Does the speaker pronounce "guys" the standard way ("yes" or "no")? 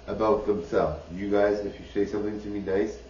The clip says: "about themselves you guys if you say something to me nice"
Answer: yes